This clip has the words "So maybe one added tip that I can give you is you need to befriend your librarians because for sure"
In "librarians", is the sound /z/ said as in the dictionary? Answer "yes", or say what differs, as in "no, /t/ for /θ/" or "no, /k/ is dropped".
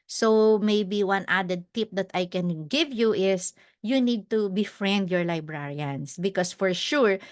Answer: no, /s/ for /z/